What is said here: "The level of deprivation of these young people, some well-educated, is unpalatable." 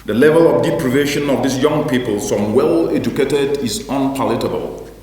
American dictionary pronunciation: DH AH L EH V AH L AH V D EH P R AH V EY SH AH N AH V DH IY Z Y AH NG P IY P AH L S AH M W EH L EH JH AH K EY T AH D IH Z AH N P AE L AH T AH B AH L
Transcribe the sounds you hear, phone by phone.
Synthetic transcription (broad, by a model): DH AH L EH V AH L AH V D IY P R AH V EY SH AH N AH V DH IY S Y AH NG P IY P AH L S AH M W EH L EH JH AH K EY T AH D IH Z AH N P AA L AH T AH B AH L